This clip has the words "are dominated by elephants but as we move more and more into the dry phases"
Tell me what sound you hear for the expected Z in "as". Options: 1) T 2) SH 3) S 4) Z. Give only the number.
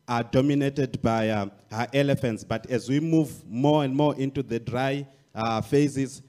4